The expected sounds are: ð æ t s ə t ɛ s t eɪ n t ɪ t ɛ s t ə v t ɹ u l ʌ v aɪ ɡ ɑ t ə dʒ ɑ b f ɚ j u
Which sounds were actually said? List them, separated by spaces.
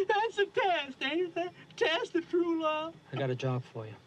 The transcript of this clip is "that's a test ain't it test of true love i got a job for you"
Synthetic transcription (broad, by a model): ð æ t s ə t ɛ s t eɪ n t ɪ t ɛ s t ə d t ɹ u l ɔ aɪ ɡ ɑ t ə dʒ ɑ b f ɚ j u